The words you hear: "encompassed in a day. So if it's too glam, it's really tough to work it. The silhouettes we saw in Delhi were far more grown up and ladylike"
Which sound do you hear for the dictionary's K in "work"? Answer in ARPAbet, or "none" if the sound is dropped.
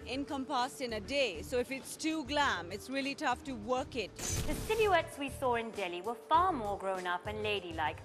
K